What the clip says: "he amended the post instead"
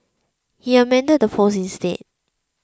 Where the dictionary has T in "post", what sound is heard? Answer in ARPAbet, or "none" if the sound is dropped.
none